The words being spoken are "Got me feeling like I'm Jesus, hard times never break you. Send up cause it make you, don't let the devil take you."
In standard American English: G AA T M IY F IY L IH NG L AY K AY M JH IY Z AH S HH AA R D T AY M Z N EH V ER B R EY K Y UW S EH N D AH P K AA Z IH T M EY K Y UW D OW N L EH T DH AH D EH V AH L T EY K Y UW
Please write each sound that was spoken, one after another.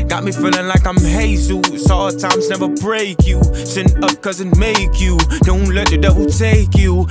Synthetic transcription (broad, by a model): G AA T M IY F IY L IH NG L AY K AY M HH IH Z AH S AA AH T AY M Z N EH V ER B R EY K Y UW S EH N AH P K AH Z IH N M EY K Y UW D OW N L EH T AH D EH W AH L T EY K Y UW